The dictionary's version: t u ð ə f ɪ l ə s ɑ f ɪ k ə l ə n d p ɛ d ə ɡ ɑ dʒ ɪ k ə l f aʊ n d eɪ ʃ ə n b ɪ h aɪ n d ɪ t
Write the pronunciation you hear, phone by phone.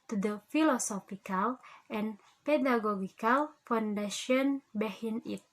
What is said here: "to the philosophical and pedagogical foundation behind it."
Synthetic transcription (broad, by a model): t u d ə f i l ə s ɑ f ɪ k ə l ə n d p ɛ d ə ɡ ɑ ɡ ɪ k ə l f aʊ n d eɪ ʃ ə n b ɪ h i n ɪ t